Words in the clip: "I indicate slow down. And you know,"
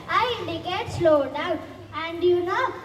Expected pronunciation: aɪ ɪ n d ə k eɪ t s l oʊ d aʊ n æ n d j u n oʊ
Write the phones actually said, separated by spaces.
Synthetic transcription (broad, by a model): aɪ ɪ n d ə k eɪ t s l oʊ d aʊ æ n d j u n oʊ